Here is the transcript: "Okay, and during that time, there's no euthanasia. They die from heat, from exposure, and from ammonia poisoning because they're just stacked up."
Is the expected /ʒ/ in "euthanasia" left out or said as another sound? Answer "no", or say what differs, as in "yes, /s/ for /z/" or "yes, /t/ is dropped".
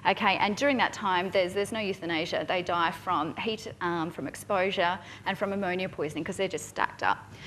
no